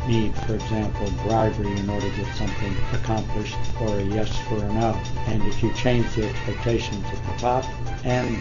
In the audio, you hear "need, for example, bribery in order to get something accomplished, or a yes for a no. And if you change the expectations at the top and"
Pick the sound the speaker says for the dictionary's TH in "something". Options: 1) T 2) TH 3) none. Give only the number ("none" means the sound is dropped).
2